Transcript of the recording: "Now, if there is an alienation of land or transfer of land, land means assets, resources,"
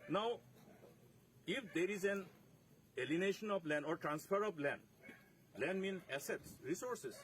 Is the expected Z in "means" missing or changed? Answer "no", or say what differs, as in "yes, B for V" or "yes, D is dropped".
yes, Z is dropped